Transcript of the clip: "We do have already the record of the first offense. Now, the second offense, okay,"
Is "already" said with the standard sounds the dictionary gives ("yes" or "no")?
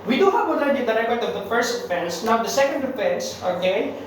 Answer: no